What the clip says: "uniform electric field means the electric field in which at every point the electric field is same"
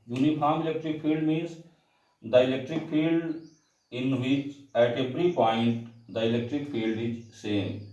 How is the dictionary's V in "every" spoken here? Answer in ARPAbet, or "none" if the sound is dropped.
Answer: P